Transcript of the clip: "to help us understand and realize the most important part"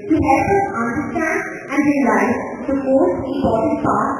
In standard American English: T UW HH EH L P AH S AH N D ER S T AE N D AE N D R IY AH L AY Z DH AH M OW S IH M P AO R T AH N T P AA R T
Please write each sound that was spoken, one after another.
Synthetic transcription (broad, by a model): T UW HH EH L P AH S AH N D ER S T AE N D AE N D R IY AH L AY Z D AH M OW IH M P AO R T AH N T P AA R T